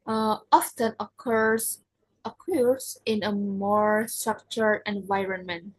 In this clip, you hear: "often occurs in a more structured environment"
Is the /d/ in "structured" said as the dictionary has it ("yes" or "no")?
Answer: no